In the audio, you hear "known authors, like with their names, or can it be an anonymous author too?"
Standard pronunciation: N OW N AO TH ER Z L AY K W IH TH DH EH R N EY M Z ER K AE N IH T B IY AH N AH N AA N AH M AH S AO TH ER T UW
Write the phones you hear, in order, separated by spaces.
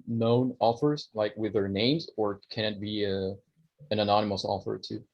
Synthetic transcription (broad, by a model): N OW N AO F ER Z L AY K W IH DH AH R N EY M Z ER K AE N IH T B IY AH N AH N AA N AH M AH S AO F ER T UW